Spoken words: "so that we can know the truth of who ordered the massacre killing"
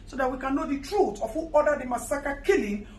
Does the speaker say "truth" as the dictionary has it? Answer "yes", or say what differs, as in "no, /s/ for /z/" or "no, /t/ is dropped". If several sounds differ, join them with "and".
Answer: no, /t/ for /θ/